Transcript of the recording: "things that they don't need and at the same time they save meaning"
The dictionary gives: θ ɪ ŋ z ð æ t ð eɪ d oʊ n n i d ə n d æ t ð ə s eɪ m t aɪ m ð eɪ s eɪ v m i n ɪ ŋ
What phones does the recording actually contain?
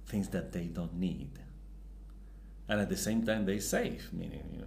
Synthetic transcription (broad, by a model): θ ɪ ŋ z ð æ t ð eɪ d oʊ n n i d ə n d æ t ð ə s eɪ m t aɪ m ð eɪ s eɪ f m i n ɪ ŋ